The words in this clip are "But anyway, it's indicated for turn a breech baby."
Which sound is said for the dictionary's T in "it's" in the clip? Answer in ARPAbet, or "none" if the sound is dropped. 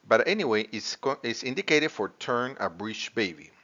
S